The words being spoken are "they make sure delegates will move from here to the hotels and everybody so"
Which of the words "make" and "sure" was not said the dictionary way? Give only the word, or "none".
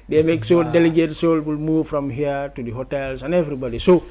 sure